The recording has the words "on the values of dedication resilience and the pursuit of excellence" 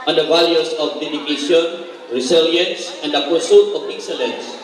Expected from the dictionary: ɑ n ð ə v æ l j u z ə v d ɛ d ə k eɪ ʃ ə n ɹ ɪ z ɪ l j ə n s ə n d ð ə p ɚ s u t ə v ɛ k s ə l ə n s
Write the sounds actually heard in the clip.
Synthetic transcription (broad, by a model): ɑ n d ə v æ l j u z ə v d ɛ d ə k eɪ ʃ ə n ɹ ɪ s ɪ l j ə n s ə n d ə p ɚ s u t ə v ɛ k s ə l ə n s